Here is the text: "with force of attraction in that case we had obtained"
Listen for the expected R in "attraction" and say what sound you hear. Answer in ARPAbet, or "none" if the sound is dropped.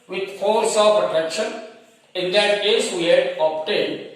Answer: none